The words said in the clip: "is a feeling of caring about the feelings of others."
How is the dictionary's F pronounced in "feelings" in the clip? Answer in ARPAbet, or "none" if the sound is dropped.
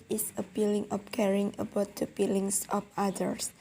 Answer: P